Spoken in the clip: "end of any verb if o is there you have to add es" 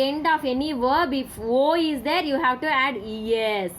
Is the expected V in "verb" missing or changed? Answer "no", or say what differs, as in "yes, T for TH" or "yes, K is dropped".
no